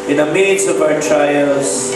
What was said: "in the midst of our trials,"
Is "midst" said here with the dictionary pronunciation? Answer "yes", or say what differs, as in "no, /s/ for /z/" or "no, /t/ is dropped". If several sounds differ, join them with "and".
no, /t/ is dropped